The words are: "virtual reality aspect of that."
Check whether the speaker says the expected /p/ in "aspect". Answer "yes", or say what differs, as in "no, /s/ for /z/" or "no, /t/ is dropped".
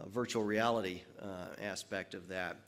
yes